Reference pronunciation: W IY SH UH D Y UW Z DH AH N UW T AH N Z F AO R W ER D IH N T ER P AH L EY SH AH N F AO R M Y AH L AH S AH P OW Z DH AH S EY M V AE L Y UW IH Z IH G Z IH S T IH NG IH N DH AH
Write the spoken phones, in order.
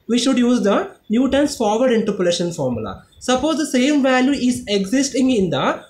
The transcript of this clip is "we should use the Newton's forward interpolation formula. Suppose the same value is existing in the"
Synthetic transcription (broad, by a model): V IY SH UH D Y UW Z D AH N UW T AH N S F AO R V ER D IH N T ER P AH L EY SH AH N F AO R M Y AH L AH S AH P OW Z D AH S EY M V AE L Y UW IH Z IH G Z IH S T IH NG IH N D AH